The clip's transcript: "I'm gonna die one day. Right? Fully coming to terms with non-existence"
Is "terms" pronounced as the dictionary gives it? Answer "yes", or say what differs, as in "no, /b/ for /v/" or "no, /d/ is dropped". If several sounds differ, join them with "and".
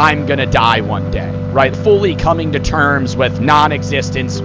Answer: yes